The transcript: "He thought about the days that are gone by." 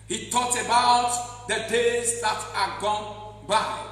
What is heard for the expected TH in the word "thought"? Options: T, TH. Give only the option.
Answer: T